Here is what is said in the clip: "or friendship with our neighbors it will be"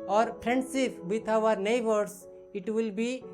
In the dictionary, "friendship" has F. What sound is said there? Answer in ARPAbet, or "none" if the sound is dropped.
P